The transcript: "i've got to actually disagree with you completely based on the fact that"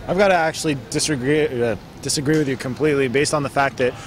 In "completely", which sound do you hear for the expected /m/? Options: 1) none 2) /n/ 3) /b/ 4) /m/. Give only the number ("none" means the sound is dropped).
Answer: 4